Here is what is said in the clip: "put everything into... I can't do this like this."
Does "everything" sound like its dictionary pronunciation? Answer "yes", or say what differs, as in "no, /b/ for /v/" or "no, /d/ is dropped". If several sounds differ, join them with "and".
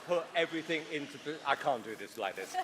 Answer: yes